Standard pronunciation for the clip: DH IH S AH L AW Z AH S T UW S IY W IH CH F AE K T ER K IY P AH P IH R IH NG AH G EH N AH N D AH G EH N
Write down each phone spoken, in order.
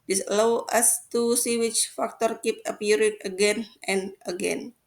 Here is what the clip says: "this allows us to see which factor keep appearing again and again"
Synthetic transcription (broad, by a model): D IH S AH L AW AH S T UW S IY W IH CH F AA K T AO K IY P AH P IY R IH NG AH G EH N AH N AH G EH N